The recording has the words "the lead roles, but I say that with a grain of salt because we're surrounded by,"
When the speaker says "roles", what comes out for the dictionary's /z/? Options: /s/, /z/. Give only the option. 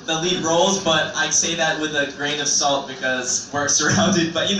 /z/